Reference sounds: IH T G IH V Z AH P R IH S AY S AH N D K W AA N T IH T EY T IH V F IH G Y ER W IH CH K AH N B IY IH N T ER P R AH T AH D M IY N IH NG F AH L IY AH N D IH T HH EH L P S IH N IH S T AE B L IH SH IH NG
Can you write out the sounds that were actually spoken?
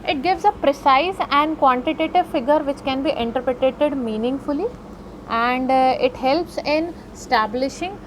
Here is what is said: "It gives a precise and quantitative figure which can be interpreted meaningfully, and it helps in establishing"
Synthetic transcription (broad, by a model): IH T G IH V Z AH P R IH S AY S AH N D K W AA N T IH T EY T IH V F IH G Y ER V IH CH K AH N B IY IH N T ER P R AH T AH D M IY N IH NG F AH L IY AH N D IH T HH EH L P S IH N S T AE B L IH SH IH NG